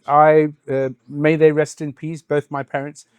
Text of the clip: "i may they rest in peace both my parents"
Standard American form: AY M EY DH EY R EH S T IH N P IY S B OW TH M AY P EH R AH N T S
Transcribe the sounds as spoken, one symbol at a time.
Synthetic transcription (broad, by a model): AY M EY DH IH R EH S T IH N P IY S B OW TH M AY P EH R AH N T S